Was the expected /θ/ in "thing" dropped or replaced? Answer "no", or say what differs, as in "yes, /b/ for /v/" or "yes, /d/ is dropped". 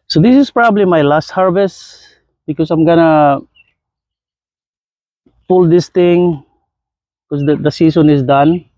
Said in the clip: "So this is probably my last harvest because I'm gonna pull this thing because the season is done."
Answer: yes, /t/ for /θ/